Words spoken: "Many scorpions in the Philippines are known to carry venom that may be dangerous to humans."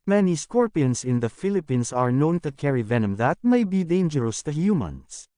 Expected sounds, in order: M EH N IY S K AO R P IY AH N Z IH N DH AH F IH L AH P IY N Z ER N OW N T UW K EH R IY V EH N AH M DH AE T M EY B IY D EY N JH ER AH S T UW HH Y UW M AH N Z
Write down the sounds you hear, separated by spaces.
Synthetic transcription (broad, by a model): M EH N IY S K AO R P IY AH N S IH N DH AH F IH L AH P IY N S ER N OW N T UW K EH R IY V EH N AH M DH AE T M EY B IY D EY N JH ER AH S T UW HH Y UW M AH N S